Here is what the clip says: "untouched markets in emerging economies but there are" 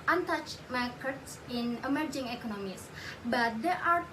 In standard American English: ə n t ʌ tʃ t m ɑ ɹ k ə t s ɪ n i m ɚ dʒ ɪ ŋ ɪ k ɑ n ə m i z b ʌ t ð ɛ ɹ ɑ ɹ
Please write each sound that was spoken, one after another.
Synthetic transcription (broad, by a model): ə n t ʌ tʃ m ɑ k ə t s ɪ n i m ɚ dʒ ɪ ŋ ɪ k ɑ n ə m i s b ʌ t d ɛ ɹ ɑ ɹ